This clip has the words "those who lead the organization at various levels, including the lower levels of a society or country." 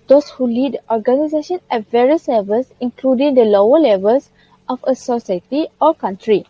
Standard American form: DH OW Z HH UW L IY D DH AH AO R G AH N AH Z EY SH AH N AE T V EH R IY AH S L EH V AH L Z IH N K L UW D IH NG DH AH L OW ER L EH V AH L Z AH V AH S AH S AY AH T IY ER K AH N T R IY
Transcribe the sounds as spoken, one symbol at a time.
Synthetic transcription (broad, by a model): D OW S HH UW L IY D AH AO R G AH N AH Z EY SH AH N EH T V EH R IY AH S L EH V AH L S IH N K L UW D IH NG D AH L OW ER L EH V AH L S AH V AH S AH S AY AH T IY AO K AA N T R IY